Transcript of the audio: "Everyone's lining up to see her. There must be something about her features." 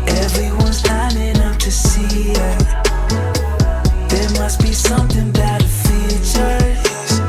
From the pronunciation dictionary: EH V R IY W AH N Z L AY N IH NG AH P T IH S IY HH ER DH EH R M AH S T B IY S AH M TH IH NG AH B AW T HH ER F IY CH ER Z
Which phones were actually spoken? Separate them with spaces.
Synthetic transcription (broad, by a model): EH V R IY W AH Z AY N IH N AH F T IH S IY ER DH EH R M AH S T B IY S AH M TH IH NG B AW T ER F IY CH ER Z